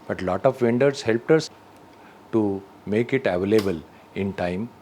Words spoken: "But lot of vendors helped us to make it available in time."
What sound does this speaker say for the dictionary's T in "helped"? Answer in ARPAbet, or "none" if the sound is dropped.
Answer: T